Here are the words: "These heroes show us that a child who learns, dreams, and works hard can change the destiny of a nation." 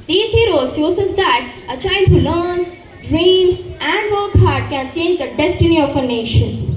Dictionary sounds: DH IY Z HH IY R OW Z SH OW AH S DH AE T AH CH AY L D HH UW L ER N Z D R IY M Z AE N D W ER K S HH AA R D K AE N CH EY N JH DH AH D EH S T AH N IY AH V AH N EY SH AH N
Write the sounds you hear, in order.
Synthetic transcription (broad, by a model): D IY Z HH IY R OW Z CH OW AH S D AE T AH CH AY L D HH UW L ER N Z D R IY M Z AE N D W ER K HH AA R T K AE N CH EY N JH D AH D EH S T AH N IY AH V AH N EY SH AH N